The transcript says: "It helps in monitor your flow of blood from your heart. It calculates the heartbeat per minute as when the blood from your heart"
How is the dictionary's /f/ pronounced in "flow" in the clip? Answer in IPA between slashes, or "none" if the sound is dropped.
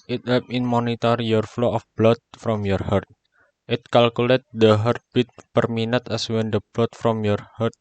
/f/